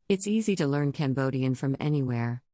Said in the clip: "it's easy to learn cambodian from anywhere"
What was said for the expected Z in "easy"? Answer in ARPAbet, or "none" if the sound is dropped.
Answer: Z